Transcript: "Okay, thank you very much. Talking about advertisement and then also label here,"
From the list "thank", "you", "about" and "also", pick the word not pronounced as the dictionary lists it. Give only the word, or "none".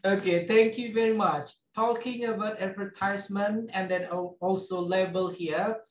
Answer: thank